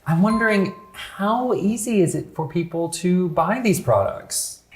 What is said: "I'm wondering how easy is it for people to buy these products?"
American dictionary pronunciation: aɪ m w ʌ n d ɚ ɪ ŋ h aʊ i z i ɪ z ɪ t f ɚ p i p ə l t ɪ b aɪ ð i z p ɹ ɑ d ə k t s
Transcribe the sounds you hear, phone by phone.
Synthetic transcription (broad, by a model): aɪ m w ʌ n d ɚ ɪ ŋ h aʊ i z i ɪ z ɪ t f ɚ p i p l t ɪ b aɪ ð i z p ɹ ɑ d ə k t s